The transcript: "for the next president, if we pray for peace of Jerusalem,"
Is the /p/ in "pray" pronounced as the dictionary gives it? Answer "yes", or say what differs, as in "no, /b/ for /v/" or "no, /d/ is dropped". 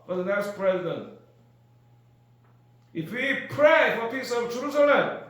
yes